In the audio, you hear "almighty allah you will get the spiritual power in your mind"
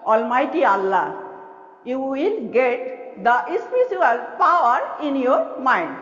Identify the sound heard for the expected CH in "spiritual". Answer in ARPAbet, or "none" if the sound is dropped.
S